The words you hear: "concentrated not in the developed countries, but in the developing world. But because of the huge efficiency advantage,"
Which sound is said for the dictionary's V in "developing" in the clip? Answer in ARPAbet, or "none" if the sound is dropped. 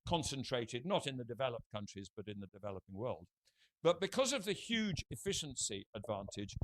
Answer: V